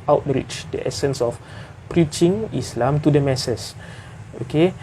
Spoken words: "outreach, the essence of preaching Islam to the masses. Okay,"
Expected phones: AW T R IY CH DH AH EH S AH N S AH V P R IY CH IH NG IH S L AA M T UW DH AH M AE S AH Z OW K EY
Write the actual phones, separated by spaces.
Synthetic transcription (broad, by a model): AW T R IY CH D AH EH S AH N S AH F P R IY CH IH NG IH S L AA M T UW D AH M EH S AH S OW K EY